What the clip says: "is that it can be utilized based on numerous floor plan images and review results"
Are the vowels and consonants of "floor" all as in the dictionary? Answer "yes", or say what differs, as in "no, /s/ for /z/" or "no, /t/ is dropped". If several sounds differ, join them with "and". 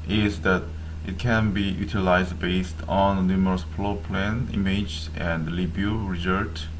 no, /p/ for /f/